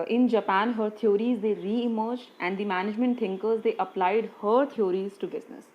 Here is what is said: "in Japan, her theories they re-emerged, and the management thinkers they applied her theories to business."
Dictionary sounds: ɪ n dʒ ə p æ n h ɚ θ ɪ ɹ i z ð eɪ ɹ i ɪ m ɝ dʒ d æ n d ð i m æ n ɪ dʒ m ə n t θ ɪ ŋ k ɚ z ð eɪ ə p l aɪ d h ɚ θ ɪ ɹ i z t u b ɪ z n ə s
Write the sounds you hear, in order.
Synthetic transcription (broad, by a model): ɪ n dʒ ə p æ n h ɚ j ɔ ɹ i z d eɪ ɹ i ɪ m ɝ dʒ æ n d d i m æ n ɪ dʒ m ə n t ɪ ŋ k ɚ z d eɪ ə p l aɪ d h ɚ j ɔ ɹ i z t u b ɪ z n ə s